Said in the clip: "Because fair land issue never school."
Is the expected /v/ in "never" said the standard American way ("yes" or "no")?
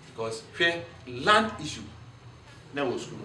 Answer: no